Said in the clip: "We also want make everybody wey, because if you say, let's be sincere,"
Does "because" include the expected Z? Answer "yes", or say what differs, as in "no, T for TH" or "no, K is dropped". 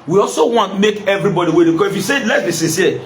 no, Z is dropped